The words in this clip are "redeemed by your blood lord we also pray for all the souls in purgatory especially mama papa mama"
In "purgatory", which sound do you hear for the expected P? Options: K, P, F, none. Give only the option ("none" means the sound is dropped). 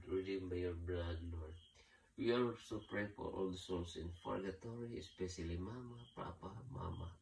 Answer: F